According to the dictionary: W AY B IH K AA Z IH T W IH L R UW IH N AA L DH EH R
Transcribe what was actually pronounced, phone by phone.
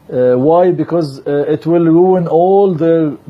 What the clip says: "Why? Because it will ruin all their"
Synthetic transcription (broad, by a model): W AY B IH K AA Z IH T W IH L R UW IH N AA L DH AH